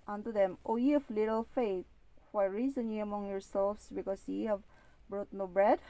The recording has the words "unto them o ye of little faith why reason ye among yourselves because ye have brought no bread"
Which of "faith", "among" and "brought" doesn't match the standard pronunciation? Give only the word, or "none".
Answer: faith